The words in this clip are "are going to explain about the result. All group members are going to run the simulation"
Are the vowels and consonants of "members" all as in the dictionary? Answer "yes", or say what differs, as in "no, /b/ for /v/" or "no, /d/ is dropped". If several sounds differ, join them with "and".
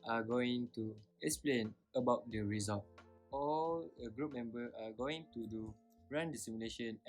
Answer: no, /z/ is dropped